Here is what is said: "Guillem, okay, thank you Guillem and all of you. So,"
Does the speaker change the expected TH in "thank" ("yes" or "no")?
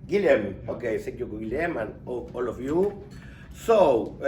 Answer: yes